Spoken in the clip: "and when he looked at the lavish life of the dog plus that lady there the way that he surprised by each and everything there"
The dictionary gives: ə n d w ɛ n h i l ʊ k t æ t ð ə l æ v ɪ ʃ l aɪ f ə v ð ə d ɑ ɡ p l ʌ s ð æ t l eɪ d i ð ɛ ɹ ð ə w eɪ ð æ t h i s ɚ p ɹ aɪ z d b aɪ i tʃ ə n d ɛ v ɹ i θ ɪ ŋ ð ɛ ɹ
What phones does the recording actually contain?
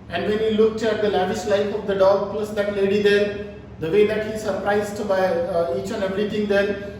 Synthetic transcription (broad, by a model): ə n d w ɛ n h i l ʊ k t æ t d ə l æ v ɪ ʃ l aɪ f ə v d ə d ɑ ɡ p l ʌ s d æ t l eɪ d i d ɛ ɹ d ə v eɪ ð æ t h i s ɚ p ɹ aɪ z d b aɪ i tʃ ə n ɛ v ɹ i t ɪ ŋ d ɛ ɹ